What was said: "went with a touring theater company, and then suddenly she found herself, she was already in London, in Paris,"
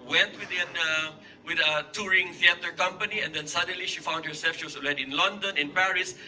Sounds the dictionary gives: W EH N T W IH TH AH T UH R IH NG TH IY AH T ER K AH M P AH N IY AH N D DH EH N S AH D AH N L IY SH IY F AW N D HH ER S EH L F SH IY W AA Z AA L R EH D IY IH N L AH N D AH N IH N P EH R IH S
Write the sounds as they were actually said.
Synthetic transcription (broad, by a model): W EH N T W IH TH AH T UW R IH NG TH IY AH T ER K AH M P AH N IY AH N D EH N S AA D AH N L IY SH IY F AW N D HH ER S EH L F SH IY W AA S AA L EH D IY IH N L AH N D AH N IH N P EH R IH S